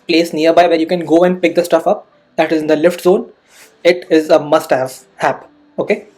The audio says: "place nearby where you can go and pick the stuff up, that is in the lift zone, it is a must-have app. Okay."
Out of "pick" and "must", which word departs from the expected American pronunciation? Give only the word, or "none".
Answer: none